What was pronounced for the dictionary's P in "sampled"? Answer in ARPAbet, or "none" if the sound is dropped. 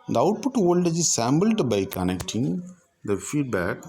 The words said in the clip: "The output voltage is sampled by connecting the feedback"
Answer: B